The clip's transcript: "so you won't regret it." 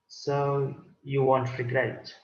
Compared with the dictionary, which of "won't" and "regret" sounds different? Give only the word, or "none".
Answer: regret